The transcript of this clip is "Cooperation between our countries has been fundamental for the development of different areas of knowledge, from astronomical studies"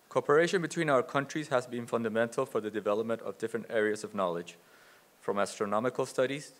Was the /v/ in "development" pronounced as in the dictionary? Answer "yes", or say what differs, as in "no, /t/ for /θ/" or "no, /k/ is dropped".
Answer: yes